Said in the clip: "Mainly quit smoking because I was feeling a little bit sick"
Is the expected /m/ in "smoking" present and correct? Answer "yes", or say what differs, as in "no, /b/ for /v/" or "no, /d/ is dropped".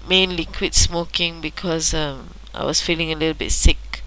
yes